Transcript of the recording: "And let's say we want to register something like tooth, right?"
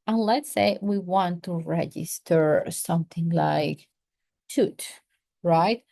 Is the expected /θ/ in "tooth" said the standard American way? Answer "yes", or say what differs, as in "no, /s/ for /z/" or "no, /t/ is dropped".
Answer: no, /t/ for /θ/